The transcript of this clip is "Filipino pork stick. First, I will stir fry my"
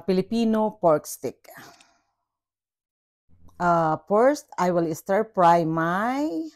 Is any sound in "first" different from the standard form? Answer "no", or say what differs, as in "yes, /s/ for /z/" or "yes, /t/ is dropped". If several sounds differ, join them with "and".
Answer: yes, /p/ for /f/